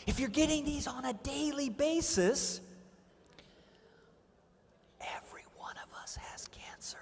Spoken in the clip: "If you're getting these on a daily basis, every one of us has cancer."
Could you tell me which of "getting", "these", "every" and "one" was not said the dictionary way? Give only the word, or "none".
none